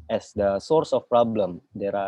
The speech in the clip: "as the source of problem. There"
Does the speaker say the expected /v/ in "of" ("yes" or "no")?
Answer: no